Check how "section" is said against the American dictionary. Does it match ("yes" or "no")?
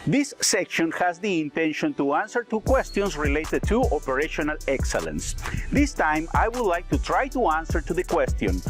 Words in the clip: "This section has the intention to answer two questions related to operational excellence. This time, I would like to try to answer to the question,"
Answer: yes